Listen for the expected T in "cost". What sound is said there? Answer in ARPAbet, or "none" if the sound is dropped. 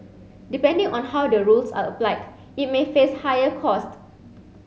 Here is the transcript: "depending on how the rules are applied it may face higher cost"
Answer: T